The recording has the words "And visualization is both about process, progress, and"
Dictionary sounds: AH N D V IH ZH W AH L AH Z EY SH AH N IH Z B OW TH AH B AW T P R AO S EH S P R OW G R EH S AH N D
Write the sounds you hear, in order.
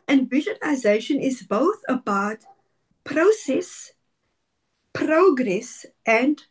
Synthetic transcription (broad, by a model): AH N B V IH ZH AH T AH Z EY SH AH N IH Z B OW TH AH B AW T P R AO S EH S P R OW G R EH S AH N